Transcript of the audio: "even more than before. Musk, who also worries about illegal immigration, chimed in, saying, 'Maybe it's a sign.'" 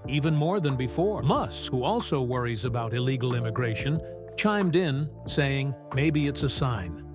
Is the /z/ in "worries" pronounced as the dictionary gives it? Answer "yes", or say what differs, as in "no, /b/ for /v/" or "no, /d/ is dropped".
yes